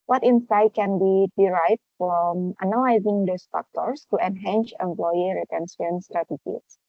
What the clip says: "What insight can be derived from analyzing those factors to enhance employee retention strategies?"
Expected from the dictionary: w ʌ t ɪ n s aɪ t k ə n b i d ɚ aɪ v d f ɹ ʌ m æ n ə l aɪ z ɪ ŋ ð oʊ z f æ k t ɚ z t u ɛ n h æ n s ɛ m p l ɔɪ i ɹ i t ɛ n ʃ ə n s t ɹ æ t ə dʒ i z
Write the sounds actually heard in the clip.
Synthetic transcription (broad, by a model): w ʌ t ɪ n s aɪ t k ə n b i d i aɪ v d f ɹ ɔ m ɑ n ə l aɪ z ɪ ŋ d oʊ s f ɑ k t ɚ s t u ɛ n h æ n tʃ ɛ m p l ɔɪ i ɹ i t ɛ n s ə n s t ɹ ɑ t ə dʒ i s